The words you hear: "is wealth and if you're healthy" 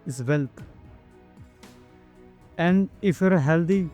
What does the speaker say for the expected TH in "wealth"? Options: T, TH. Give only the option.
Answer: T